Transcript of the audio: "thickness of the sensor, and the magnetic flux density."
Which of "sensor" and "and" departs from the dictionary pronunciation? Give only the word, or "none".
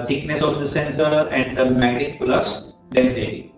none